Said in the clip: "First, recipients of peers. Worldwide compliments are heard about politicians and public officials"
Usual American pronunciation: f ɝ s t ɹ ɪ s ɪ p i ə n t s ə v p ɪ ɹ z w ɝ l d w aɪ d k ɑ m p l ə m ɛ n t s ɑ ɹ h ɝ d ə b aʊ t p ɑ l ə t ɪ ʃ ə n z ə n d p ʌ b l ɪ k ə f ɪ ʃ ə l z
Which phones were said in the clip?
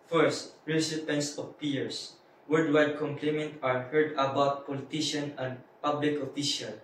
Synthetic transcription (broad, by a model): f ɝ s t ɹ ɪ s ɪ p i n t s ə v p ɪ ɹ s w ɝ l d w aɪ d k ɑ m p l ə m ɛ n t ɑ ɹ h ɝ d ə b aʊ t p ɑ l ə t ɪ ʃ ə n ə n d p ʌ b l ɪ k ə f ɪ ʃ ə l